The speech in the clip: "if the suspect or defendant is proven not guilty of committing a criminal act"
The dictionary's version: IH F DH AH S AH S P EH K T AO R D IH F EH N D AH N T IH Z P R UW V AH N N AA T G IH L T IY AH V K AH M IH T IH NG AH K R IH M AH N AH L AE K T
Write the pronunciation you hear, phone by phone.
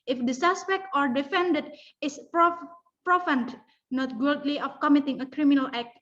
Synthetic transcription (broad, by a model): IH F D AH S AH S P EH K T AO R D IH F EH N D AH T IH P P R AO F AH N N AA T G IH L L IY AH F K AH M IH T IH NG AH K R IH M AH N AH L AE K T